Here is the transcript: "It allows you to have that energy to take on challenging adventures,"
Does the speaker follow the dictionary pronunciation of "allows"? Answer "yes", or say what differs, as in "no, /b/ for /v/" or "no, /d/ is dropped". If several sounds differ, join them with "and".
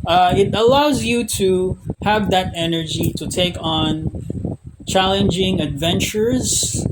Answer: yes